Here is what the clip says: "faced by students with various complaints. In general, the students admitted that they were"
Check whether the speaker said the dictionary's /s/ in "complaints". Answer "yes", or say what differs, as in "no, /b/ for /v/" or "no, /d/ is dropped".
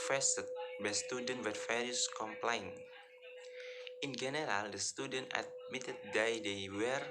no, /s/ is dropped